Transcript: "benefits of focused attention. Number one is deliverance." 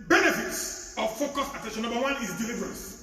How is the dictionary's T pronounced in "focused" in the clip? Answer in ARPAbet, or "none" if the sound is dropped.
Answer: none